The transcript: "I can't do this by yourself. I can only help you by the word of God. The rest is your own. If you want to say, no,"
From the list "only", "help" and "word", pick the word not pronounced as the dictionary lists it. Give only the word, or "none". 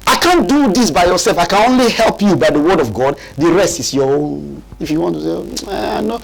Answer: none